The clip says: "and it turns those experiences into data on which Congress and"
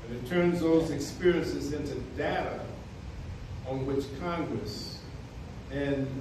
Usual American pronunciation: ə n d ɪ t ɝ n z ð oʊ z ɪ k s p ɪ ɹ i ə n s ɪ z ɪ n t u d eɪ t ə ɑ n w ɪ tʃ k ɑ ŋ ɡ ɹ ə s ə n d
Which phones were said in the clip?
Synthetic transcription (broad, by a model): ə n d ɪ t ɝ n z ð oʊ z ɪ k s p ɪ ɹ i ə n s ɪ z ɪ n t u d eɪ t ə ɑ n w ɪ tʃ k ɑ ŋ ɡ ɹ ə s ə n